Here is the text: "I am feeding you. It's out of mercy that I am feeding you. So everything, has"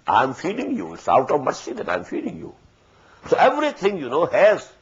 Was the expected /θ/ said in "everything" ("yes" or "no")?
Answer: no